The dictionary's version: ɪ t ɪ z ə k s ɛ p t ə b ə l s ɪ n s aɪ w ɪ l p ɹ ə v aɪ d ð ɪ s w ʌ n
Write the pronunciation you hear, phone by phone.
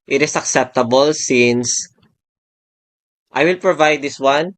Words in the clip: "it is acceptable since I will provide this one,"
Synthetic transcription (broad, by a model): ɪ t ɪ s ə k s ɛ p t ə b ə l s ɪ n s aɪ w ɪ l p ɹ ə v aɪ d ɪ s w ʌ n